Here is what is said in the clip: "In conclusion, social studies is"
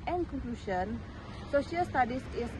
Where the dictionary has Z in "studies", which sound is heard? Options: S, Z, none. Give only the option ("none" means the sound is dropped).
S